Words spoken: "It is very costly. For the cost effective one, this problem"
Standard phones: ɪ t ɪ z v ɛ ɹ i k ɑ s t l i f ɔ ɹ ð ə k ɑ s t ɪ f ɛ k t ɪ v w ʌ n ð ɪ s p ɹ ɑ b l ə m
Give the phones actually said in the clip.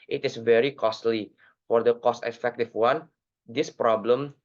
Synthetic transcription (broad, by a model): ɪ t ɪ s v ɛ ɹ i k ɑ s t l i f ɔ ɹ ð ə k ɑ s t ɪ f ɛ k t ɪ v w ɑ n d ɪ s p ɹ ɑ b l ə m